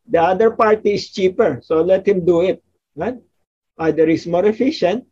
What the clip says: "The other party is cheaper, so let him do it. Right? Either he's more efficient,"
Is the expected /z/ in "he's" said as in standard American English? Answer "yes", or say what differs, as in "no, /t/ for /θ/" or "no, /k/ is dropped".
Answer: no, /s/ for /z/